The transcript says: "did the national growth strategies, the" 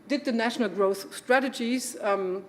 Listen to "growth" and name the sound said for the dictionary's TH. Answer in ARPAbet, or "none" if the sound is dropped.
TH